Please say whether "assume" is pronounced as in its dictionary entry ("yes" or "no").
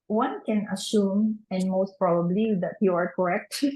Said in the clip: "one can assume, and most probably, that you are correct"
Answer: yes